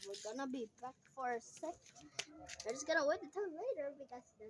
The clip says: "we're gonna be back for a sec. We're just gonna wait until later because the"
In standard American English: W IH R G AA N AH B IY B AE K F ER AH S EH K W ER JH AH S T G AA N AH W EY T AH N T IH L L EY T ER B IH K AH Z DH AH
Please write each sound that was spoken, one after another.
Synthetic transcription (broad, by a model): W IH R G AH N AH B IY B AE K F ER AH S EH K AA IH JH AH S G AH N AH W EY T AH T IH N L EY T ER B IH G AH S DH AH